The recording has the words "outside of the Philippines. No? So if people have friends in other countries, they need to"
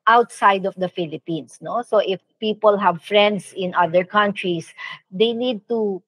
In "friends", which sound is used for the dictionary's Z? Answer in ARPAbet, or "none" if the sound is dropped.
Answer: S